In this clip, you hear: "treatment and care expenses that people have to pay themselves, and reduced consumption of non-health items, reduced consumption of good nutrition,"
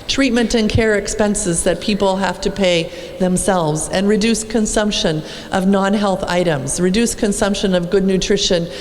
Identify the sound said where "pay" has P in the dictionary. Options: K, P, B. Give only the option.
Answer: P